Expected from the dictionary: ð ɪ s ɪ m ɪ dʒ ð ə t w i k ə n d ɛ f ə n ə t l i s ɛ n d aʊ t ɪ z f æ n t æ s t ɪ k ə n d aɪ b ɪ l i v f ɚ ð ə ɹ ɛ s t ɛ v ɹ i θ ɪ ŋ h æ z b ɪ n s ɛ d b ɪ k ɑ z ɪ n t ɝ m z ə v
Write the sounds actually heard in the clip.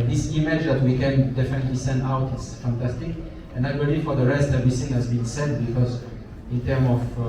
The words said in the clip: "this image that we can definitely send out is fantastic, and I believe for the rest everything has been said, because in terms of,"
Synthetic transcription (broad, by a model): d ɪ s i m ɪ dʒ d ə t w i k ə n d ɛ f ə n ə t l i s ɛ n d aʊ t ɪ s f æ n t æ s t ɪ k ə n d aɪ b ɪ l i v f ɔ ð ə ɹ ɛ s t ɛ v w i s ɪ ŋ h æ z b ɪ n s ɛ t b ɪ k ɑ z ɪ n t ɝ m ə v